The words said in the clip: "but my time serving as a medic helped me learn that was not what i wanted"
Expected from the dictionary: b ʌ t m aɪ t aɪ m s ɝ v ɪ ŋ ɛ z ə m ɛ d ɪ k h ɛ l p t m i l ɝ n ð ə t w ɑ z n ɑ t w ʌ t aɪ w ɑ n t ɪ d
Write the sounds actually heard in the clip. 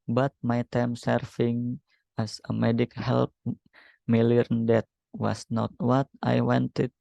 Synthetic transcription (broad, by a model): b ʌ t m aɪ t aɪ m s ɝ f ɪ ŋ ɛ s ə m ɛ d ɪ k h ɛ l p m i l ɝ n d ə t w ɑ s n ɑ t w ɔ t aɪ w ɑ n t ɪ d